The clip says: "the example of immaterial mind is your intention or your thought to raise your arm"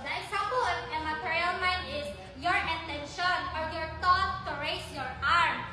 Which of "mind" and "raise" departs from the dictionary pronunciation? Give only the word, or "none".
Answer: raise